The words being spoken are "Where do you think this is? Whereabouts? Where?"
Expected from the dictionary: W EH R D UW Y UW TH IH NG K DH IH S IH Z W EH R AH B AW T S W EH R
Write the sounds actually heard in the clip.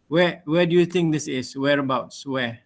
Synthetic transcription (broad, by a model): W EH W D UW Y UW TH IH NG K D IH S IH S W EH R AH B AW T S W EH